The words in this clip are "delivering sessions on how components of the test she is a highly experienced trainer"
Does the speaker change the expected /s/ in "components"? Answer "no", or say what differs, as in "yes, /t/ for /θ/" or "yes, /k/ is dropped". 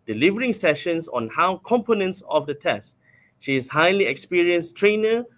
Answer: no